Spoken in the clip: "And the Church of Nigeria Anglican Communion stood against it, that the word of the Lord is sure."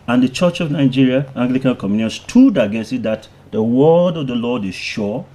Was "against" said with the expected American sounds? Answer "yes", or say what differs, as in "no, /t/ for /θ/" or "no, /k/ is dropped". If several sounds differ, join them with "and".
no, /n/ is dropped and /t/ is dropped